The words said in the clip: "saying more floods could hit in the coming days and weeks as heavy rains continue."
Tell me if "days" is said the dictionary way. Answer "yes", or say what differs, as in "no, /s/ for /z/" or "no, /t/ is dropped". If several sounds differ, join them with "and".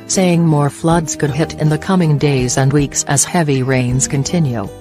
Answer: yes